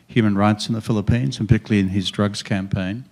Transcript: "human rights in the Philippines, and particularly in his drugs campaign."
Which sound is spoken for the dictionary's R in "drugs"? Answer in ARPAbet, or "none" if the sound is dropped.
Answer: R